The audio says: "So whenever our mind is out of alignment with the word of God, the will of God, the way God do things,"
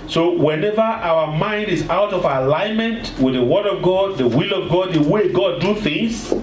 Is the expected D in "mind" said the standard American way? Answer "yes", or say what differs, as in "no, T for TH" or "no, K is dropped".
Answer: yes